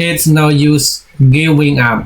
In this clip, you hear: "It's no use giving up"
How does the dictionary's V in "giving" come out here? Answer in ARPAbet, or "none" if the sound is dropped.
W